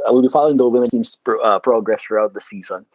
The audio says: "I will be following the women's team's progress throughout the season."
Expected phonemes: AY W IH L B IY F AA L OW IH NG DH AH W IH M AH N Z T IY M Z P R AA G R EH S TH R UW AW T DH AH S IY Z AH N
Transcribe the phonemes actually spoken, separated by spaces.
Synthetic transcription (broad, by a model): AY W IH L B IY F AA L OW IH NG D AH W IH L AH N T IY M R P R AA G R EH S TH R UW AW T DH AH S IY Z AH N